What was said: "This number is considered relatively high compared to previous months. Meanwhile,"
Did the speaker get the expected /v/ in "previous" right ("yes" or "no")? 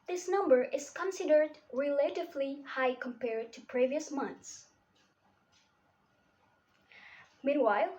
yes